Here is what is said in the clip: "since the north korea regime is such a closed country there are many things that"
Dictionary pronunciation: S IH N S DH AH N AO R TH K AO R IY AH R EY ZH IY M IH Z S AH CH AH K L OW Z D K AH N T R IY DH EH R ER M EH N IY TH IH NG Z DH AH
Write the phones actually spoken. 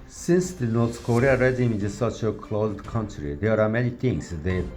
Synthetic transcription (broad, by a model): S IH N S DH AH N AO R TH K AO R IY AH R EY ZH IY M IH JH S AH CH AH K L OW Z D K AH N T R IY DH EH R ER M EH N IY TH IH NG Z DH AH